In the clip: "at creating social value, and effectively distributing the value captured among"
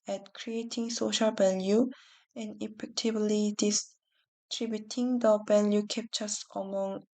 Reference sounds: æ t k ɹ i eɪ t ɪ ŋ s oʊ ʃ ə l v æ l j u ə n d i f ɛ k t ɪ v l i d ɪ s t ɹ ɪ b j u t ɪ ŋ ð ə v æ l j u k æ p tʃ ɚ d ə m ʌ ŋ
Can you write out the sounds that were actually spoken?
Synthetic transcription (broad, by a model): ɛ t k ɹ i eɪ t ɪ ŋ s oʊ ʃ ə l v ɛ l j u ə n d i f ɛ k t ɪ b l i d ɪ s t ɹ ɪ b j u t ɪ ŋ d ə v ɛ l j u k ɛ p tʃ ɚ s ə m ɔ ŋ